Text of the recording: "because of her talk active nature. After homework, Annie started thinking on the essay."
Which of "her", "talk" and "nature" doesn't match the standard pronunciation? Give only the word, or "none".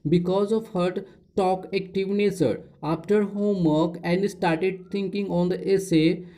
nature